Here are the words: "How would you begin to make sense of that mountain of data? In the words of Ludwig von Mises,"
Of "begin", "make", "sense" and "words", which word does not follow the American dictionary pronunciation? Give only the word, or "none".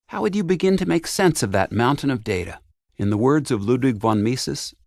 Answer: none